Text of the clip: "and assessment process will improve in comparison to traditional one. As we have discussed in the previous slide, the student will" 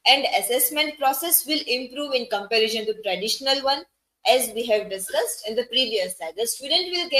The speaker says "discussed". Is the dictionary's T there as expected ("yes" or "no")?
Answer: yes